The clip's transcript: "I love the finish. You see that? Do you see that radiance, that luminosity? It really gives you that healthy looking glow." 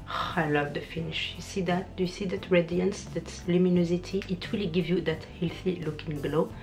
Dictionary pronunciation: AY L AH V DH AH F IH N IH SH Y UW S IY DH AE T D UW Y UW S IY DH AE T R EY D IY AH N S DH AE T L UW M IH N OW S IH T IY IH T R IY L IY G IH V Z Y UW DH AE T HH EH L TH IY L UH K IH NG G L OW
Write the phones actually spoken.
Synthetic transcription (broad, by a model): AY L AH V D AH F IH N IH SH Y UW S IY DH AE T D UW Y UW S IY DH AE T R EY D IY AH N S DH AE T L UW M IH N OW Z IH T IY IH T W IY L G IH V Y UW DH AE T HH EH L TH IY L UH K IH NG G L OW